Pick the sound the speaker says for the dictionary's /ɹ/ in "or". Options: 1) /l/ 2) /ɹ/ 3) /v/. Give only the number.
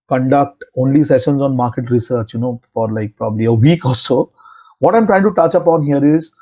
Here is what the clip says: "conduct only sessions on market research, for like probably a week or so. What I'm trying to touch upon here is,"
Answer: 1